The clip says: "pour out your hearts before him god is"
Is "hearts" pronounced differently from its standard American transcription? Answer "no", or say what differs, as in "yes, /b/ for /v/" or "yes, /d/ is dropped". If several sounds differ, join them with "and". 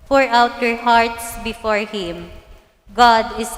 no